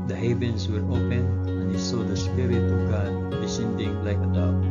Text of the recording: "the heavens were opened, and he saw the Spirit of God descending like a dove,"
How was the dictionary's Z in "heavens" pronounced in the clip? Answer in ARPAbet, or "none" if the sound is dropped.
S